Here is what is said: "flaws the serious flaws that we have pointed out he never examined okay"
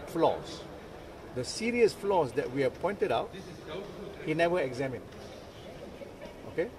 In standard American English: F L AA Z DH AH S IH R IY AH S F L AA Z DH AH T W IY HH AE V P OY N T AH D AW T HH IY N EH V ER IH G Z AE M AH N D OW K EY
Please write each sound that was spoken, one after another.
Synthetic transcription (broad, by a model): F L AA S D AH S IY R IY AH S F L AA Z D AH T W IY HH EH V P OY N T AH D AW T HH IY N EH V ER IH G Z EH M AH N OW K EY